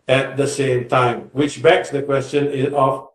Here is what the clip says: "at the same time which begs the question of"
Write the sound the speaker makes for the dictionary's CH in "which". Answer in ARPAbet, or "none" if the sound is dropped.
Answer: CH